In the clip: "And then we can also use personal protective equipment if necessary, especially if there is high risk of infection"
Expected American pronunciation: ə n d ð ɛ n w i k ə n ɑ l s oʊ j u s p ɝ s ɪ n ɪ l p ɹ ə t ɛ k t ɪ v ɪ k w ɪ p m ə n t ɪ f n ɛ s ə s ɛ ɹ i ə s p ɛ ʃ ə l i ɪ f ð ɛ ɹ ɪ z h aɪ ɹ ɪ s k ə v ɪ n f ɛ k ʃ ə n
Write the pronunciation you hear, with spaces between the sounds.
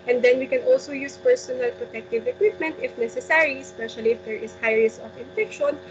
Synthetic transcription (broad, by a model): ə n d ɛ n w i k ə n ɑ l s oʊ j u s p ɝ s ɪ n ɪ l p ɹ ə t ɛ k t ɪ v ɪ k w ɪ p m ə n t ɪ f n ɛ s ə s ɛ ɹ i s p ɛ ʃ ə l i ɪ f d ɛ ɹ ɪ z h aɪ ɹ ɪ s ə f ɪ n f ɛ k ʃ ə n